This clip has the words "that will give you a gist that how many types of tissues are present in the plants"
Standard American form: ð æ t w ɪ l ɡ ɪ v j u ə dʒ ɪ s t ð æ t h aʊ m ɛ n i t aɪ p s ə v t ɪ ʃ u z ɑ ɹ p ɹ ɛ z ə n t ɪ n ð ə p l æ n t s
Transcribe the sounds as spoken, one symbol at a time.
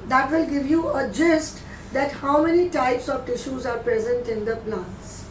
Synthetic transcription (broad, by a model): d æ t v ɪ l ɡ ɪ v j u ə dʒ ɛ s t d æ t h aʊ m ɛ n i t aɪ p s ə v t ɪ ʃ u z ɑ ɹ p ɹ ɛ z ə n t ɪ n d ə p l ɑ n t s